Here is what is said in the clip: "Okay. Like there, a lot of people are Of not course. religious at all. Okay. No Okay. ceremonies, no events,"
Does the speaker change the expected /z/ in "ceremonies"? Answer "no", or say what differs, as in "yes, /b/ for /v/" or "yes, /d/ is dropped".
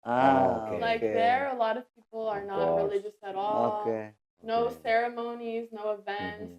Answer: no